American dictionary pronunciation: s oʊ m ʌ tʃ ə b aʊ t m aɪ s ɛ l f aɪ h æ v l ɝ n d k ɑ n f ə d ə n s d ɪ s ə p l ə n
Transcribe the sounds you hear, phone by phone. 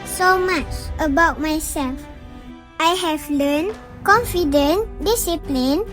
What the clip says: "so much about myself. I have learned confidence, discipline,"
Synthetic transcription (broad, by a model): s oʊ m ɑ tʃ ə b aʊ t m aɪ s ɛ l f aɪ h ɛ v l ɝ n k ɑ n f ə d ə n d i s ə p l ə n